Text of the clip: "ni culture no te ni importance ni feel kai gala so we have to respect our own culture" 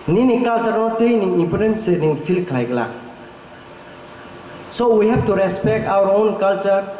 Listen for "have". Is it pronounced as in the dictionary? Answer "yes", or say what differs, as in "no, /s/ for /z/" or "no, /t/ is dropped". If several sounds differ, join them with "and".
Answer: no, /b/ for /v/